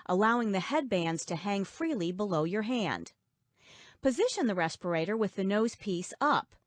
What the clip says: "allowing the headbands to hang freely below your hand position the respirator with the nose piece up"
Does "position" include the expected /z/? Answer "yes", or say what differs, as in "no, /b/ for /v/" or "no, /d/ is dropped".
yes